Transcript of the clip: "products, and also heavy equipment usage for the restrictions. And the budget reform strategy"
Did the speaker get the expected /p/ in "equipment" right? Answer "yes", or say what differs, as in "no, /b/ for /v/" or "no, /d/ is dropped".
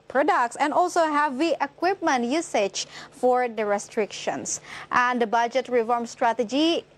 yes